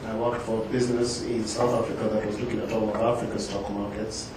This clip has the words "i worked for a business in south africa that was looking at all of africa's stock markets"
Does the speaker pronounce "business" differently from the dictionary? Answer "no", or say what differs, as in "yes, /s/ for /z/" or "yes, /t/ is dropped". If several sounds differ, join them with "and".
no